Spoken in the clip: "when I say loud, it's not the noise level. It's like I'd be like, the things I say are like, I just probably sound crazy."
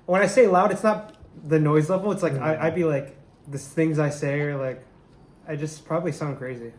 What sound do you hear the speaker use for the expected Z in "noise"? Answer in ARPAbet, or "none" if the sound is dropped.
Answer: Z